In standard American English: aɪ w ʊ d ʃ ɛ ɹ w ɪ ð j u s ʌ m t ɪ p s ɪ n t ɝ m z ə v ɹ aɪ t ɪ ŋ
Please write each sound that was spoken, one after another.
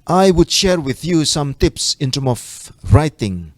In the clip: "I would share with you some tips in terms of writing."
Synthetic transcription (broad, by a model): aɪ w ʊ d ʃ ɛ ɹ w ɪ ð j u s ʌ m t ɪ p s ɪ n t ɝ m ə v ɹ aɪ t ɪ ŋ